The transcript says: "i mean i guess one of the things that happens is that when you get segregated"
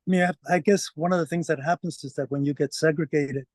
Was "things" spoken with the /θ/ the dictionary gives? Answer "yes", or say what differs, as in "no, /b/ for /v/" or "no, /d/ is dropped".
yes